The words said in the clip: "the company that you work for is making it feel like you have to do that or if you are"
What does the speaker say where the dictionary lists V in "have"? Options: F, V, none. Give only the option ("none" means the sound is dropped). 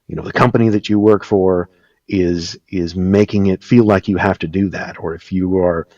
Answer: F